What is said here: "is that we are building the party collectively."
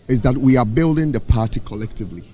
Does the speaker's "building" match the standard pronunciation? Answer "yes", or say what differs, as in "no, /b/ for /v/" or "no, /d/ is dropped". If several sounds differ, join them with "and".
yes